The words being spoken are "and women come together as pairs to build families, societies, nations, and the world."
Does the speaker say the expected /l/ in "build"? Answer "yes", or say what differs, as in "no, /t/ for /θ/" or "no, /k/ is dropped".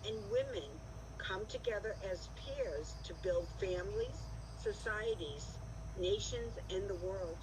yes